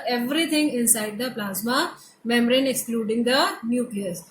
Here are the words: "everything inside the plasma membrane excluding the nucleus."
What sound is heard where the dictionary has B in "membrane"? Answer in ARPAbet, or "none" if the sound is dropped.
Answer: none